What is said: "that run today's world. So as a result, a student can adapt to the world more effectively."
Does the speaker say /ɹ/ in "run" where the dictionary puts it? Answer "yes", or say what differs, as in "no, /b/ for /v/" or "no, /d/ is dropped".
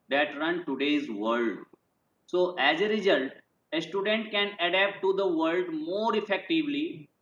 yes